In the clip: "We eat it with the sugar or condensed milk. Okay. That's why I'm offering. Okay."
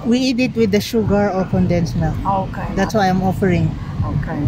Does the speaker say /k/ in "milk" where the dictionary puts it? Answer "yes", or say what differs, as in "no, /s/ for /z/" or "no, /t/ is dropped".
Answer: no, /k/ is dropped